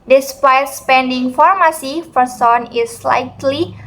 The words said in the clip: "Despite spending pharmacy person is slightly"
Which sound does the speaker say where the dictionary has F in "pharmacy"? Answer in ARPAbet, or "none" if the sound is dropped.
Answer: F